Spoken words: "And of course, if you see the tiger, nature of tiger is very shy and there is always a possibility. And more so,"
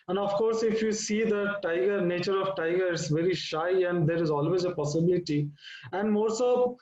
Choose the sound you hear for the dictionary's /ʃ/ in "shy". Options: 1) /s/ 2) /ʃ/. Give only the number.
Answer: 2